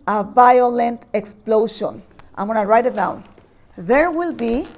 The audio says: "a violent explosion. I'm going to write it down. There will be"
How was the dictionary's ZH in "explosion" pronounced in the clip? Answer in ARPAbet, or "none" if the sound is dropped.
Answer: SH